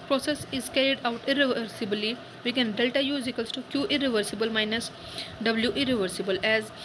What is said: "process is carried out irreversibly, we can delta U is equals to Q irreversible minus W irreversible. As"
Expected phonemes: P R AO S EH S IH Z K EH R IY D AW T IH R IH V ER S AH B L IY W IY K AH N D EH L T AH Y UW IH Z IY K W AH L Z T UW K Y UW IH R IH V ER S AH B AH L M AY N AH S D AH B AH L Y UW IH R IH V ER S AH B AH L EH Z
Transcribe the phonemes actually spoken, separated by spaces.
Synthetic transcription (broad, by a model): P R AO S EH S IH Z K EH R IY D AW T IH R IH V ER S AH B L IY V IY K AH N D EH L T AH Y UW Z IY K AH L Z T UW K Y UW IH R IH V ER S AH B AH L M AY N AH S D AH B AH L Y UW IH R IH V ER S AH B AH L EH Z